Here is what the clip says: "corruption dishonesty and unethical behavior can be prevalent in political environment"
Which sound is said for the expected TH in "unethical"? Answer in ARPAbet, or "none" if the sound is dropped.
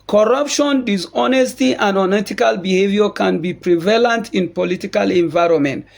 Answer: T